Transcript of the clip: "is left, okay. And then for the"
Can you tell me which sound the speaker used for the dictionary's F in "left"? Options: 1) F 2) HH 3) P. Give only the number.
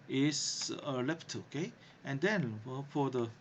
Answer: 3